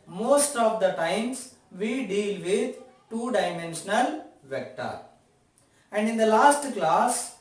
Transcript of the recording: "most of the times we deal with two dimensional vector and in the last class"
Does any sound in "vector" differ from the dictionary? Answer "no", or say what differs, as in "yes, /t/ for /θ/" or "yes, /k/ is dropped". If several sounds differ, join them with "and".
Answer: no